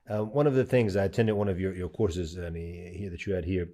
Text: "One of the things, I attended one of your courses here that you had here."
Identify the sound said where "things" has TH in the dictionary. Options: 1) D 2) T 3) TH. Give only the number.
3